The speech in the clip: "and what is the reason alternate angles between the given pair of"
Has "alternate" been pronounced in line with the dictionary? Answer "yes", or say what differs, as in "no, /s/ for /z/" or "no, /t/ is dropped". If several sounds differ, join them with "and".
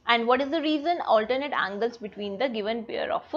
yes